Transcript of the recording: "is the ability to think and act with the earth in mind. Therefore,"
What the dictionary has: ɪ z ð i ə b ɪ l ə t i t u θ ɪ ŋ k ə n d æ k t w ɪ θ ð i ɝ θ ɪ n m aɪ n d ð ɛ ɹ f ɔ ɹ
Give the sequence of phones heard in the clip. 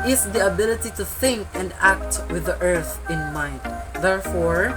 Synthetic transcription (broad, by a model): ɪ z ð i ə b ɪ l ə t i t u θ ɪ ŋ k ə n d æ k t w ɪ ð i ɝ θ ɪ n m aɪ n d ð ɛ ɹ f ɔ ɹ